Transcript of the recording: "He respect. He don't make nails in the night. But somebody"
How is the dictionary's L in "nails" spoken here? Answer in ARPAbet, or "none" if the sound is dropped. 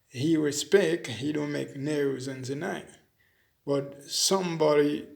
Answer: none